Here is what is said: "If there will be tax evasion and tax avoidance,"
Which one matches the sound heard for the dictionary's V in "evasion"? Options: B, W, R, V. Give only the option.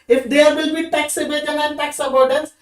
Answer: B